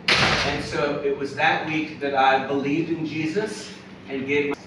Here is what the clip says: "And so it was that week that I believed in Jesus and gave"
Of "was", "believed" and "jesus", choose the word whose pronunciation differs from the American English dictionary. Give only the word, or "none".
none